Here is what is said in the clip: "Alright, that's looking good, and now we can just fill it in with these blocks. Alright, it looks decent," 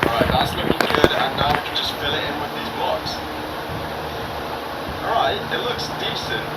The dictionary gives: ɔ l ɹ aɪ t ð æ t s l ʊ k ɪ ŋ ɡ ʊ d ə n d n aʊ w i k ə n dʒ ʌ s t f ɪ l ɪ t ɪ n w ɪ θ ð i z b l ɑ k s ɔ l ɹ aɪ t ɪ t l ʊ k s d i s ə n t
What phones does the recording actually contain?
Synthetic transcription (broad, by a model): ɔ ɹ aɪ t ð æ t s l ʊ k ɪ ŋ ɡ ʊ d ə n n aʊ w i k ə n dʒ ʌ s t f ɪ l ɪ t ɪ n w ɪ ð i z b l ɑ k s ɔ ɹ aɪ t ɪ t l ʊ k s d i s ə n t